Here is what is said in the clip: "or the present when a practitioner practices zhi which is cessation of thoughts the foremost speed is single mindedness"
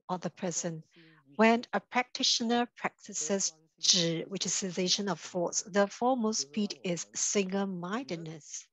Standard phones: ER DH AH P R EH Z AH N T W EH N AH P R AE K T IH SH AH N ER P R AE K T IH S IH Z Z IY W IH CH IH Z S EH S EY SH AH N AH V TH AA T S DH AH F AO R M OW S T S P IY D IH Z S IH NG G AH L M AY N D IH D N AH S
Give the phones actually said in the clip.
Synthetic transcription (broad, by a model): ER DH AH P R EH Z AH N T W EH N AH P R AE K T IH SH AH N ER P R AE K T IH S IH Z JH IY W IH CH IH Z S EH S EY SH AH N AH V F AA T S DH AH F AO M OW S S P IY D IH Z S IH NG G AH L M AY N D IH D N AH S